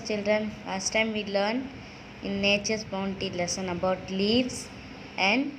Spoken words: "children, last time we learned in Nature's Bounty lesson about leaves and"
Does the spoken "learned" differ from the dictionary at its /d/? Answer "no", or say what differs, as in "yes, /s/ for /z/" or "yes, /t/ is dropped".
yes, /d/ is dropped